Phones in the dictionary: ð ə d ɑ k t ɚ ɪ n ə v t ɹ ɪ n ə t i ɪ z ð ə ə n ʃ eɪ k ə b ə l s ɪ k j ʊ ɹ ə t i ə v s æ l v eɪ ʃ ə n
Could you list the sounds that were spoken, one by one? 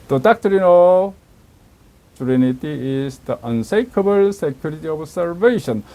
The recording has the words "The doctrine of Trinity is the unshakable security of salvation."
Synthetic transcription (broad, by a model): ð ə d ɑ k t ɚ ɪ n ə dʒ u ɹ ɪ n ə t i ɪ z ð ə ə n s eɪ k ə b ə l s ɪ k j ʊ ɹ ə t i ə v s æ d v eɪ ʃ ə n